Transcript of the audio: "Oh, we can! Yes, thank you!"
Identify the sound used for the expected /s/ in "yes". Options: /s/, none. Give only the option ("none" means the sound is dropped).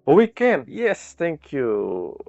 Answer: /s/